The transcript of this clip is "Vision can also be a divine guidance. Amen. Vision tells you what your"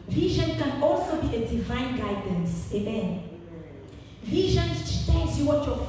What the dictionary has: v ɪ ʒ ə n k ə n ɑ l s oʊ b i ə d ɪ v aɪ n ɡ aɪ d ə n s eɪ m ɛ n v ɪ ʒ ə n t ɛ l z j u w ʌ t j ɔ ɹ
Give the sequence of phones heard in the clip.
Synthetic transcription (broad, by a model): v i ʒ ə n k ə n ɑ l s oʊ b i ə d ɪ v aɪ n ɡ aɪ d ə n s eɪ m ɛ n v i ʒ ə n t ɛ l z j u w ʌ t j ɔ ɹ